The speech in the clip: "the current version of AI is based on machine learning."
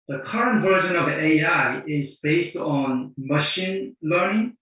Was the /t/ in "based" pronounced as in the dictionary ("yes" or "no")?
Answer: yes